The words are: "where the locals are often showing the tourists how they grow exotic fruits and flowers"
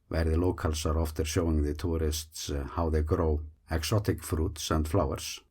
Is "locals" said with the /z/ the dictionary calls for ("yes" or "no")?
no